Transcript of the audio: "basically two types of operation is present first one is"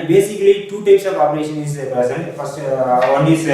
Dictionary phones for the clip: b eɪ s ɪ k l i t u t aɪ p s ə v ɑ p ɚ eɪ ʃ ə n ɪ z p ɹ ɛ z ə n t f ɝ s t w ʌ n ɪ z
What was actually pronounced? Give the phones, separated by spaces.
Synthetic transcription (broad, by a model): b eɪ s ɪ k l i t u t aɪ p s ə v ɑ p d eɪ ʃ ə n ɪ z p ɛ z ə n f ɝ s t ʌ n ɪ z